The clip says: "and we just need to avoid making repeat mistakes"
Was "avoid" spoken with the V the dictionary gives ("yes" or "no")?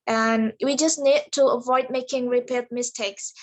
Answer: yes